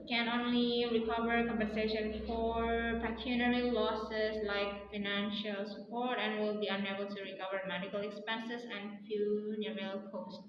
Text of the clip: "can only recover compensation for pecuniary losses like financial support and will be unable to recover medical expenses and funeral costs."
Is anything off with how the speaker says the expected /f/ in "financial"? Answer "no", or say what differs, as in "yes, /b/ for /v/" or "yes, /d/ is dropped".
no